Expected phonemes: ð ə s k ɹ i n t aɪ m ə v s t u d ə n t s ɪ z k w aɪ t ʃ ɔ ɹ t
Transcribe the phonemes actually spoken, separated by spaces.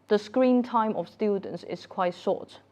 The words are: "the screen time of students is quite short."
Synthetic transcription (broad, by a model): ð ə s k ɹ i n t aɪ m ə f s t u d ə n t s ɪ s k w aɪ t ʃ ɔ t